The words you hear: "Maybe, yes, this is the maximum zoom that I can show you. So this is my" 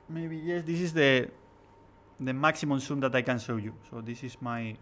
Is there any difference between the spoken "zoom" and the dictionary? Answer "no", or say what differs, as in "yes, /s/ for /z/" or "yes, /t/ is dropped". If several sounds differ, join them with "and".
yes, /s/ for /z/